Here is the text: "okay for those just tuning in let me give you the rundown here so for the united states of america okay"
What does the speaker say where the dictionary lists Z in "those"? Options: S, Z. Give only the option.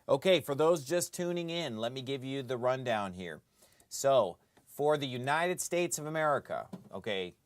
Z